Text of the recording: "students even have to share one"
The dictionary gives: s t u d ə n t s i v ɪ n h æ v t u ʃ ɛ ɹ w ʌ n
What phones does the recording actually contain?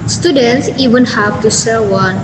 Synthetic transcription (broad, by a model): s t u d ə n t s i v ɪ n h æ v t u s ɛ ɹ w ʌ n